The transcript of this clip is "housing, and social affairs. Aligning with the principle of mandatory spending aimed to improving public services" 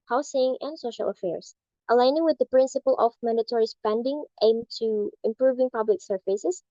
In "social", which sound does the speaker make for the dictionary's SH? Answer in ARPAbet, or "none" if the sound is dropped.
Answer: SH